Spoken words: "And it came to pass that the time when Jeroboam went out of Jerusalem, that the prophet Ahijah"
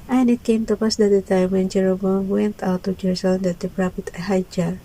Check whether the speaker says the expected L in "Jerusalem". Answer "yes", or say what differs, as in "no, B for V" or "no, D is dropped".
no, L is dropped